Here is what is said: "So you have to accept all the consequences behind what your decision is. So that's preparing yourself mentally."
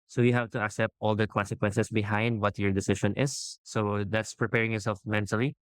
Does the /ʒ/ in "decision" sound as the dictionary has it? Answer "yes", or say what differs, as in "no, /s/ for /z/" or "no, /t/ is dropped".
no, /ʃ/ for /ʒ/